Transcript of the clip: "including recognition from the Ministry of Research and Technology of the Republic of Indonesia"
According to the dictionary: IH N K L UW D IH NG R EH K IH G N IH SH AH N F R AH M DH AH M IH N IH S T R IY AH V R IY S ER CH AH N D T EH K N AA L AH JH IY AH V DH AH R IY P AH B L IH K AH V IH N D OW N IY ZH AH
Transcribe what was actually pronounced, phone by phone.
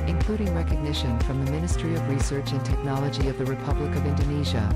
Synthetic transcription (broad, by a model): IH N K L UW D IH NG R EH K IH G N IH SH AH N F R AH M DH AH M IH N IH S T R IY AH V R IY S ER CH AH N T EH K N AA L AH JH IY AH V DH AH R IY P AH B L IH K AH V IH N D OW N IY ZH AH